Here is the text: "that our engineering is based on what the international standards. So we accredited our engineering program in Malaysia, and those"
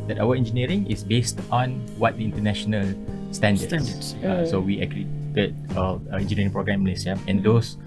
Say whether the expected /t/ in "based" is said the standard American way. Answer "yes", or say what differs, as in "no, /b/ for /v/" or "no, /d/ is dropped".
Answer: yes